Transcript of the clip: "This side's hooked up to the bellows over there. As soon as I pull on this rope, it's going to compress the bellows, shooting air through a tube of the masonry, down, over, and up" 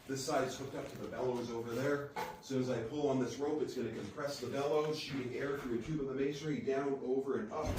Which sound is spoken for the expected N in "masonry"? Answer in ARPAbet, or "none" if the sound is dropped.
none